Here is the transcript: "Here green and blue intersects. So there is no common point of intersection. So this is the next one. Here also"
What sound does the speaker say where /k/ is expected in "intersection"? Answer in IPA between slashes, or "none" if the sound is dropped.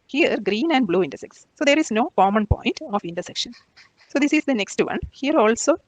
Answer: /k/